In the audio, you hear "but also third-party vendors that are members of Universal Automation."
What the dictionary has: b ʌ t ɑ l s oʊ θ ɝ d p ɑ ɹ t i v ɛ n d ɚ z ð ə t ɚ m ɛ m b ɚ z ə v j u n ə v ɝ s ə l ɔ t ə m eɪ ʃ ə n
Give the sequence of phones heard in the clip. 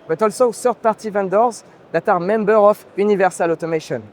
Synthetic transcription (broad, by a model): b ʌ t ɑ l s oʊ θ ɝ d p ɑ ɹ t i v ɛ n d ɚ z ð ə t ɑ m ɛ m b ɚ ə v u n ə v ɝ s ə l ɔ t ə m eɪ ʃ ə n